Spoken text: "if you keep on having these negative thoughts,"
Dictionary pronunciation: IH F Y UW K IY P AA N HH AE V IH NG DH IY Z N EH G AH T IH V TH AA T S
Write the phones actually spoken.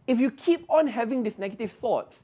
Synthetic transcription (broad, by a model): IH F Y UW K IY P AA N HH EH V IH NG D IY S N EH G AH T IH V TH AA T S